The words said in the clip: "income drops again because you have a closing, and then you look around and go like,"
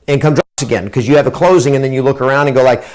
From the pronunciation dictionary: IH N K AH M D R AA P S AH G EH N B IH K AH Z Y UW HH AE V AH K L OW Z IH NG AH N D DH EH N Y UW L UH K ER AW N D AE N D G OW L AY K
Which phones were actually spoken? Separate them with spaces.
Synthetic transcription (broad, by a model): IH N K AH M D R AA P S AH G EH N K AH Z Y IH V AH K L OW Z IH NG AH N DH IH N Y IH L UH K ER AW N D N G OW L AY K